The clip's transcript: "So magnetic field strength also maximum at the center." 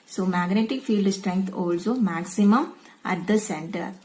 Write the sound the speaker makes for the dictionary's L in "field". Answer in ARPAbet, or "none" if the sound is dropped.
L